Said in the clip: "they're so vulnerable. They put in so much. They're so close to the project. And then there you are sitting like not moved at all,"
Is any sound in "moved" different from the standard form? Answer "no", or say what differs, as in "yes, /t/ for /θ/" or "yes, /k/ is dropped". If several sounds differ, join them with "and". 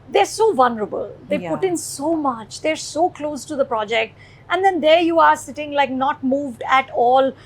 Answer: no